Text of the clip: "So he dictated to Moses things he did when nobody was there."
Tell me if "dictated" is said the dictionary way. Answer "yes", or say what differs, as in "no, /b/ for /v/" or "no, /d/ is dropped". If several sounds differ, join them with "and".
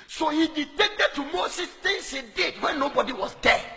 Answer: no, /k/ is dropped